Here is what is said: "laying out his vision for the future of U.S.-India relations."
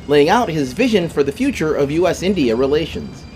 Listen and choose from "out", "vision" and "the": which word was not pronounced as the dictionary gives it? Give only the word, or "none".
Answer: none